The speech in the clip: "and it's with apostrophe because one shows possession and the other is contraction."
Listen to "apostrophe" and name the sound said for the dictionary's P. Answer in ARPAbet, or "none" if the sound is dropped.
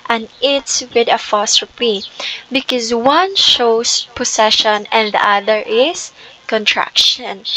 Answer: F